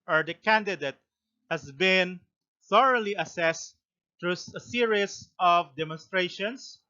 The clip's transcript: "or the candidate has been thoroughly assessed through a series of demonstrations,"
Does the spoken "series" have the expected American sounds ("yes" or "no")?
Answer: no